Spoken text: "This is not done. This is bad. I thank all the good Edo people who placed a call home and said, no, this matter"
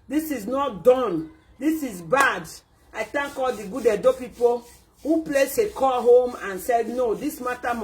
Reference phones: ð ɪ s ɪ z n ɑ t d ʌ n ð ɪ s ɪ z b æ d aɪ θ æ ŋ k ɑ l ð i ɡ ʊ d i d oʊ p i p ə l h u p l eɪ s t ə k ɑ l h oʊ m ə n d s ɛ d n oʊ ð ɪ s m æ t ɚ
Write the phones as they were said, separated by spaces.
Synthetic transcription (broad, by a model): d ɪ s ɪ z n ɑ t d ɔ n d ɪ s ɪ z b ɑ d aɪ t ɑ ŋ k ɑ l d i ɡ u d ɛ d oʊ p i p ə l h u p l eɪ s ə k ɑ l h oʊ m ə n s ɛ d n oʊ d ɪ s m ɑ t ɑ